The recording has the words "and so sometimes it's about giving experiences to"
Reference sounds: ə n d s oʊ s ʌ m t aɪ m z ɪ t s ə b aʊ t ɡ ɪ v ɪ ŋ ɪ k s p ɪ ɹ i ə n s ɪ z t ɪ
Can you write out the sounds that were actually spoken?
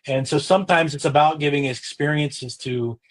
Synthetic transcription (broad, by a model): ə n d s oʊ s ʌ m t aɪ m z ɪ t s ə b aʊ t ɡ ɪ v ɪ ŋ ɪ k s p ɪ ɹ i ə n s ɪ z t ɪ